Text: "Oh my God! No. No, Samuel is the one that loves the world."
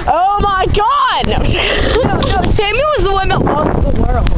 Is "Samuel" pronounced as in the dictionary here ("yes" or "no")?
no